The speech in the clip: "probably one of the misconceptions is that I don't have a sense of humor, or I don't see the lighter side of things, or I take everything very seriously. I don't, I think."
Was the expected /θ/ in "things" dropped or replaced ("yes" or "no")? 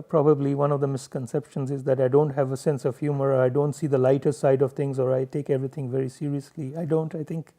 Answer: yes